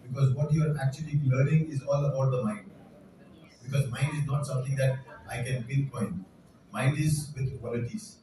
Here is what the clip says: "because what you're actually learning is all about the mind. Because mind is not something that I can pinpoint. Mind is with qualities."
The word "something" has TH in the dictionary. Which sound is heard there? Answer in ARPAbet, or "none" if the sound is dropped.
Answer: T